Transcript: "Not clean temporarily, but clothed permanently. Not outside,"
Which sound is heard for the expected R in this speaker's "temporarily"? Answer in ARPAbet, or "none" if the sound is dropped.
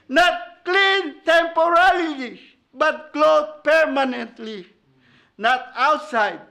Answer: L